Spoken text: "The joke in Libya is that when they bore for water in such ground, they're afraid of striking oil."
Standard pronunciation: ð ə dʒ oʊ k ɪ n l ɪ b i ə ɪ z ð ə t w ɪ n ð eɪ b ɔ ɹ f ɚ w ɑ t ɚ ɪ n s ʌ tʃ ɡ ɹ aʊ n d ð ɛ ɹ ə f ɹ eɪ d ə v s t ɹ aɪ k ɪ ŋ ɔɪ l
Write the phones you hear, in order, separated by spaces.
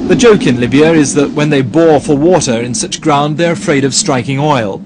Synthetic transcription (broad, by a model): ð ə dʒ oʊ k ɪ n l ɪ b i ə ɪ z ð ə t w ɪ n ð eɪ b ɔ ɹ f ɚ w ɑ t ɚ ɪ n s ʌ tʃ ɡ ɹ aʊ n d ð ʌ ɹ ə f ɹ eɪ d ə v s t ɹ aɪ k ɪ ŋ ɔɪ l